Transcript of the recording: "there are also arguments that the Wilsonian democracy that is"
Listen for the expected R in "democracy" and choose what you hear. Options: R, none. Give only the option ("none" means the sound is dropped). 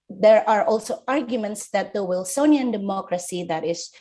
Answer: R